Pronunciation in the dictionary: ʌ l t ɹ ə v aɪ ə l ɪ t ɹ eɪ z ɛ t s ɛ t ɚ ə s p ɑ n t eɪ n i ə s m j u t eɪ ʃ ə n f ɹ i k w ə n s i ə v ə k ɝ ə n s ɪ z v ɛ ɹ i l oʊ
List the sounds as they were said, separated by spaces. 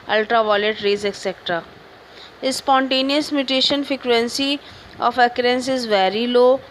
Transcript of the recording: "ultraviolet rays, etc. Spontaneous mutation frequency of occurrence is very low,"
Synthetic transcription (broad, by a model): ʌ l t ɹ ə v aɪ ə l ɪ t ɹ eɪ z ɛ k s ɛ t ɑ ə s p ɑ n t eɪ n i ə s m j u t eɪ ʃ ə n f ɹ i k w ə n s i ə f ə k ɝ ə n s ɪ z v ɛ ɹ i l oʊ